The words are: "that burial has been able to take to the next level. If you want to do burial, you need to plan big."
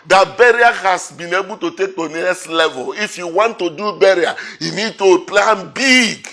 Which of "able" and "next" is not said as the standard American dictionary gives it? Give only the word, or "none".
next